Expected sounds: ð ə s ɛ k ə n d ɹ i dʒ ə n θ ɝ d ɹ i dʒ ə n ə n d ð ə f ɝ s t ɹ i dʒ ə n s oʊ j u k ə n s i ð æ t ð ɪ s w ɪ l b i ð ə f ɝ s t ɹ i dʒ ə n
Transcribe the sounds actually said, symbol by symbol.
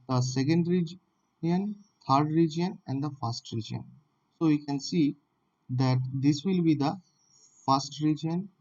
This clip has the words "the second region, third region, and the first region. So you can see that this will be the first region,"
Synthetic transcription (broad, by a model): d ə s ɛ k ə n d ɹ i dʒ ə n t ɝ d ɹ i dʒ ə n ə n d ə f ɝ s t ɹ i dʒ ə n s oʊ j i k ə n s i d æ t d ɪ s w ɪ l b i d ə f ɝ s t ɹ i dʒ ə n